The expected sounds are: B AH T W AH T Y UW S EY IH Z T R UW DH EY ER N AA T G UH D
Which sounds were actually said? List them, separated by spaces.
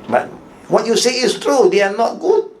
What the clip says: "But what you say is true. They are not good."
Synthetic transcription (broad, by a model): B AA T W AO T Y UW S EY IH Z T R UW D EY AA N AA T G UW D